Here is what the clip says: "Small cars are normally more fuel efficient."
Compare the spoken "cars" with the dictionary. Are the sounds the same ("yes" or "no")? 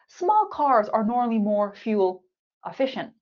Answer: yes